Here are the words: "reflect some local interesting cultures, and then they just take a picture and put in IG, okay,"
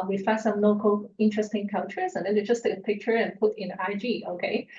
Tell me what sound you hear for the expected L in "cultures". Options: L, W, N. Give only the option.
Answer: N